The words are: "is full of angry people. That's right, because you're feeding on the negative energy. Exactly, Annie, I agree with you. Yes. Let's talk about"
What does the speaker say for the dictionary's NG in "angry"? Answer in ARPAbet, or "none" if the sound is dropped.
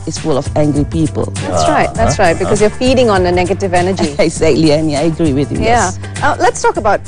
NG